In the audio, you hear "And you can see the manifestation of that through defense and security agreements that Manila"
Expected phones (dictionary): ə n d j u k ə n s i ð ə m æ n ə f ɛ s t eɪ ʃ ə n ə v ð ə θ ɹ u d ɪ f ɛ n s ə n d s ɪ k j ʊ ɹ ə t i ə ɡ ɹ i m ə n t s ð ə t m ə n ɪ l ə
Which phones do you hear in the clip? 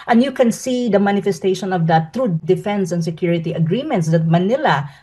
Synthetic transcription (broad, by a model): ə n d j u k ə n s i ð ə m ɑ n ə f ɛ s t eɪ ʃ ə n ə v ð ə t ɹ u d ɪ f ɛ n s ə n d s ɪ k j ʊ ɹ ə t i ə ɡ ɹ i m ə n t s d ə t m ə n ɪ l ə